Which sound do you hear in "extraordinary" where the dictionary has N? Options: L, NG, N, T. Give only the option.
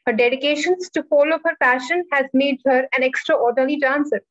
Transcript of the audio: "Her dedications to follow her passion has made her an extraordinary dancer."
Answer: L